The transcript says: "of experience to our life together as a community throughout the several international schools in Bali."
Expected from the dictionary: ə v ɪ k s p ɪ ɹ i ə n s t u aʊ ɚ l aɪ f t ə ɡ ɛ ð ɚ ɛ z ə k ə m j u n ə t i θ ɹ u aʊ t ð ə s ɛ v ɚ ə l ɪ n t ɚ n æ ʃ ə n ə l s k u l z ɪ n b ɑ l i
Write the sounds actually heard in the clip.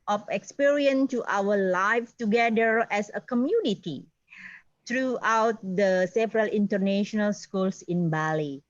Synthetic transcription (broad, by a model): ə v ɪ k s p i ɹ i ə n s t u aʊ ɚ l aɪ f t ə ɡ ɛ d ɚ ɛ s ə k ə m j u n ə t i t ɹ u aʊ t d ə s ɛ v ɚ ə l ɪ n t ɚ n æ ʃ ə n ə l s k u l s ɪ n b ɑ l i